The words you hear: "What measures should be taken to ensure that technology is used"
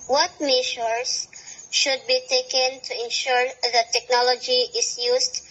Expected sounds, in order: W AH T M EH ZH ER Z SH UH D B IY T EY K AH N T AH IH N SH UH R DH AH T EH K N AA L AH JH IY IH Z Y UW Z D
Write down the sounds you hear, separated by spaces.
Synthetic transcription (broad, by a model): W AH T M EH SH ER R SH UH D B IY T EY K AH N T AH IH N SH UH R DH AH T EH K N AA L AH JH IY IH S Y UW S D